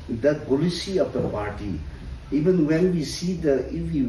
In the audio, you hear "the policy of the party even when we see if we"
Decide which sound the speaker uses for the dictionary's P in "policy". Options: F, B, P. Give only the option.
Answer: B